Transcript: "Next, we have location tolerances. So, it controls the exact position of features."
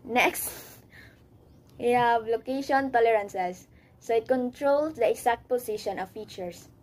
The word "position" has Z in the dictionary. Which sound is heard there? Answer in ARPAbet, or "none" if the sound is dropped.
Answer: S